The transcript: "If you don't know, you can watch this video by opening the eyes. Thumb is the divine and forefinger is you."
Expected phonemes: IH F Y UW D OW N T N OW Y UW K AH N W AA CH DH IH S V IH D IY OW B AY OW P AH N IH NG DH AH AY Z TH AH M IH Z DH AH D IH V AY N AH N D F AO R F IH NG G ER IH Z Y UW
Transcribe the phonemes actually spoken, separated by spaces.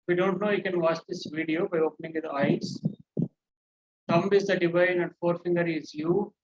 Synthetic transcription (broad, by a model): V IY D OW N T N OW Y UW K AH N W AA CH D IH S V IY D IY OW B AY OW P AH N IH NG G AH AY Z T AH M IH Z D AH D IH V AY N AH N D F AO R F IH NG G ER IH Z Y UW